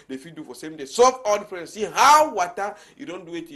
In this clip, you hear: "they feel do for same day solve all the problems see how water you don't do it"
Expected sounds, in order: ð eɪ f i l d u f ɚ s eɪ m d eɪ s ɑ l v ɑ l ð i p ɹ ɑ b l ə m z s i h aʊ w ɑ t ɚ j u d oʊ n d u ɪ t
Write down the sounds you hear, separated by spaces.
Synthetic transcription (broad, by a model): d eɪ f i d u f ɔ s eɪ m d eɪ s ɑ v ɑ l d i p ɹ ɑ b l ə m s i h aʊ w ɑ t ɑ j u d oʊ n d u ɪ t